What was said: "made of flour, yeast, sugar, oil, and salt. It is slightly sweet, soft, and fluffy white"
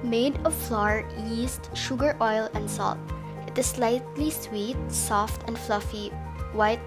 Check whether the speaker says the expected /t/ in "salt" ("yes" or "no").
yes